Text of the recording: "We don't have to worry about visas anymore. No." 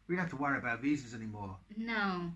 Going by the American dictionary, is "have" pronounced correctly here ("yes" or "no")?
no